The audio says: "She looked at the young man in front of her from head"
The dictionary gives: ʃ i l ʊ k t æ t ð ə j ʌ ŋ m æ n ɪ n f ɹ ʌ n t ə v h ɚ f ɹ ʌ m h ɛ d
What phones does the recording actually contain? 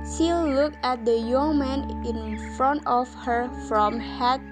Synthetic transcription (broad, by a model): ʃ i l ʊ k æ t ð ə j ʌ ŋ m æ n ɪ n f ɹ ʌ n t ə f h ɚ f ɹ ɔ m h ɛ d